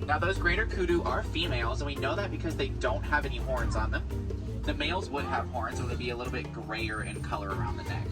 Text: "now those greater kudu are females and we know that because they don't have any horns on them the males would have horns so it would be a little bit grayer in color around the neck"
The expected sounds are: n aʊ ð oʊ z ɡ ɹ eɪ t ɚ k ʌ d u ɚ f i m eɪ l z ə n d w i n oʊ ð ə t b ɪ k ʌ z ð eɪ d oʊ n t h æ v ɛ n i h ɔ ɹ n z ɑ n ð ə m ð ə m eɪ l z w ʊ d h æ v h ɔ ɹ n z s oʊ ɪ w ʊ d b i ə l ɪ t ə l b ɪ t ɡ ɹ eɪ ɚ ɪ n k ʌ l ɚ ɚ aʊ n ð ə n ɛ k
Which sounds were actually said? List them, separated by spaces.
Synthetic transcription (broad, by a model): n aʊ ð oʊ z ɡ ɹ eɪ t ɚ k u d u ɚ f i m eɪ l z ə n w i n oʊ ð ə t b ɪ k ʌ z ð eɪ d oʊ n t h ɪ v ɛ n i h ɔ ɹ n z n ð ə m ð ə m eɪ l z w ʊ d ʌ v h ɔ ɹ n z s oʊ ɪ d b i ə l ɪ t l b ɪ t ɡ ɹ eɪ ɚ ɪ n k ʌ l ɚ ɚ aʊ n ð ə n ɛ k